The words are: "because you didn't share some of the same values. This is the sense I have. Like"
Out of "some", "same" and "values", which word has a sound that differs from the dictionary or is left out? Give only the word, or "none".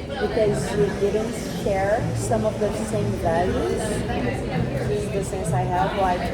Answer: none